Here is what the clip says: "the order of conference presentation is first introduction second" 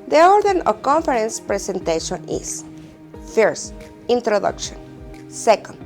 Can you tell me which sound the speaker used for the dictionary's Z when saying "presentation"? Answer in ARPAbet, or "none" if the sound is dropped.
S